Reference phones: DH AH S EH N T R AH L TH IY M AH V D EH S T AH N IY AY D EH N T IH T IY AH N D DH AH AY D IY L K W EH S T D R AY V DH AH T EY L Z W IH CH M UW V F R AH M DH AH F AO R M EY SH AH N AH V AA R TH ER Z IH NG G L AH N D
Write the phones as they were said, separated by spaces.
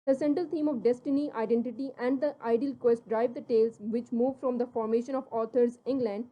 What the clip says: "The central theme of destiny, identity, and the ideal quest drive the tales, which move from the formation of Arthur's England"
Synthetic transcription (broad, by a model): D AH S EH N T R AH L T IY M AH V D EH S T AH N IY AY D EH N T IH T IY AH N D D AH AY D IY L K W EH S T D R AY V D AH T EY L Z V IH CH M UW V F R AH M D AH F AO R M EY SH AH N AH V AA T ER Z IH NG G L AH N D